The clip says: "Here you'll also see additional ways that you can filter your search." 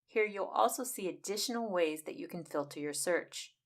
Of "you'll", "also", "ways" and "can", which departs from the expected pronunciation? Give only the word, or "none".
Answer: none